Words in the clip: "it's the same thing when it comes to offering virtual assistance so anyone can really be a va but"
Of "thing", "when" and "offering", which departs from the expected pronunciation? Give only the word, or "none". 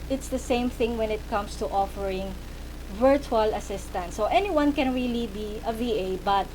none